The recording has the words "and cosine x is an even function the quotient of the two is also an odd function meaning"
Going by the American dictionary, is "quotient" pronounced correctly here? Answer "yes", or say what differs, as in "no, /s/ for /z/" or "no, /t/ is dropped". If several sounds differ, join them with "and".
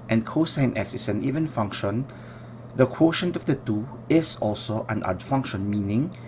yes